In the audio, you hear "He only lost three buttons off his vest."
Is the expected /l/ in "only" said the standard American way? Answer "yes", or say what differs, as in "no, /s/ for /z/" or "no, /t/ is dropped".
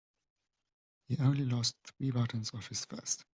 yes